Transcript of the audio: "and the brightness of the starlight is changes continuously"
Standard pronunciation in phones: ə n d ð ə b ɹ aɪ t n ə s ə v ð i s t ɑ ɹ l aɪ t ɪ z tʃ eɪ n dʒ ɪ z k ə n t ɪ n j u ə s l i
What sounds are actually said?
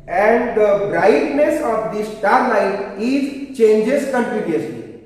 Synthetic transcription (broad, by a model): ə n d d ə b ɹ aɪ t n ə s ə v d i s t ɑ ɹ n aɪ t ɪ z tʃ eɪ n dʒ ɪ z k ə n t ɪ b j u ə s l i